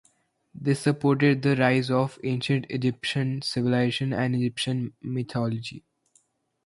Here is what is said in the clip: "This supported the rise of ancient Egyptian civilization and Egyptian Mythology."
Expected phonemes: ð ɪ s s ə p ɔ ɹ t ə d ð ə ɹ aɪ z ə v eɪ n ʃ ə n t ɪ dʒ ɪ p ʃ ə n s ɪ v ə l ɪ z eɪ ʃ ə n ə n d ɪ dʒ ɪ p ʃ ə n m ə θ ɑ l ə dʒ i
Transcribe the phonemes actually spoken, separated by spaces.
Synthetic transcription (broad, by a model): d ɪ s s ə p ɔ ɹ t ə d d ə ɹ aɪ z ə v eɪ n ʃ ə n t ɪ dʒ ɪ p ʃ ə n s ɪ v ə l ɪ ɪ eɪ ʃ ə n ə n d ɪ dʒ ɪ p ʃ ə n m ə t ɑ l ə dʒ i